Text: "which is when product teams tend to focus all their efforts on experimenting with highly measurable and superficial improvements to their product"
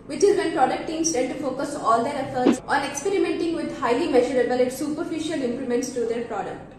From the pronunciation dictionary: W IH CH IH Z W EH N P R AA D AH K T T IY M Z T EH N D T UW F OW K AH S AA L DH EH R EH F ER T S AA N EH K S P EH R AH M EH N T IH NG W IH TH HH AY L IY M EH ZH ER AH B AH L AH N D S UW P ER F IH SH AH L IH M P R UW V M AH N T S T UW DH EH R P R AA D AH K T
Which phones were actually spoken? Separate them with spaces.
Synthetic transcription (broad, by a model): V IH CH IH Z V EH N P R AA D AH K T T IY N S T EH D T UW F OW K AH S AA L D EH R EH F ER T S AA N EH K S P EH R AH M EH N T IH NG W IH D HH AY L IY M EH ZH ER AH B AH L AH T S UW P ER F IH SH AH L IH M P L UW M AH N T S T UW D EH R P R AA D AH K T